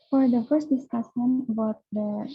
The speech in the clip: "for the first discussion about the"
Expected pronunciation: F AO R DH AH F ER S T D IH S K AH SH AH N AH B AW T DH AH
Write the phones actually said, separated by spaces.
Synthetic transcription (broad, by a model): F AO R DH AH F ER S T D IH S K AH S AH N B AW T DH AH